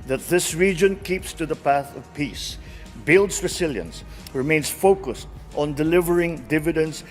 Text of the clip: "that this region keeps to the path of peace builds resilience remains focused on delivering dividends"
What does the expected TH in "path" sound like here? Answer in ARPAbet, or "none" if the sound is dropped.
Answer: TH